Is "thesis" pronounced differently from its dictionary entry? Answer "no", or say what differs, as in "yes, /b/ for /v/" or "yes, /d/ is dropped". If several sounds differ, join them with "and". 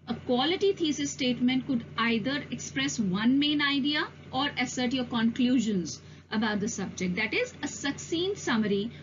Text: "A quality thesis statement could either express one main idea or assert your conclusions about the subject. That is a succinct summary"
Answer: yes, /t/ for /θ/